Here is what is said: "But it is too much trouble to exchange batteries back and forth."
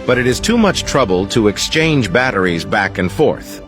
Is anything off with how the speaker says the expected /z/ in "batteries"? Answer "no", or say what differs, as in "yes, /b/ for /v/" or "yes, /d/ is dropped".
no